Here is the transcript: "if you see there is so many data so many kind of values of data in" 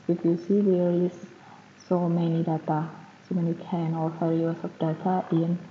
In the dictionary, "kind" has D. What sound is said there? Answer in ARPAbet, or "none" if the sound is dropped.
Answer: none